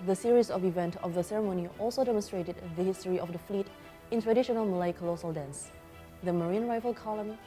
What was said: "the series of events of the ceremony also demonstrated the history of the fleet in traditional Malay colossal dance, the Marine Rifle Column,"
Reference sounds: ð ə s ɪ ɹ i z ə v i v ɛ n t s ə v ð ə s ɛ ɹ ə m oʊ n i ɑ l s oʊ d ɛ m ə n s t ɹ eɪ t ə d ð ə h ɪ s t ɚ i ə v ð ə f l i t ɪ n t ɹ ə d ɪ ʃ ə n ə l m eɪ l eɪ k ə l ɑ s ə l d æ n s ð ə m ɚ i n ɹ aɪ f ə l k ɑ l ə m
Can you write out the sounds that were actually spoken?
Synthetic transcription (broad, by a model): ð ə s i ɹ i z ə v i v ɛ n t ə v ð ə s ɛ ɹ ə m oʊ n i ɑ l s oʊ d ɛ m ə n s t ɹ eɪ t ə d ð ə h ɪ s t ɚ i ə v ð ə f l i t ɪ n t ɹ ə d ɪ ʃ ə n ə l m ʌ l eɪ k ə l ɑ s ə l d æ n s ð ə m ɚ i n ɹ aɪ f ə l k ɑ l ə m